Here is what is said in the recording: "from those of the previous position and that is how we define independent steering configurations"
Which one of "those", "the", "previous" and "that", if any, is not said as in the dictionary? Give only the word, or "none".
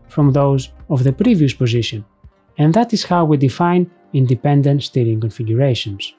none